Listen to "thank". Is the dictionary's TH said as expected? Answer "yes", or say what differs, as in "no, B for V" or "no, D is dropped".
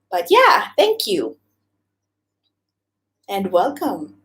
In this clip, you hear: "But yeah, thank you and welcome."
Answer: yes